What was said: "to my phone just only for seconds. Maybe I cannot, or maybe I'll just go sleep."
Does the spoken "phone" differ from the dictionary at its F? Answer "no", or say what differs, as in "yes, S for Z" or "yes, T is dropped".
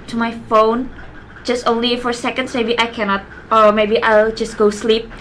no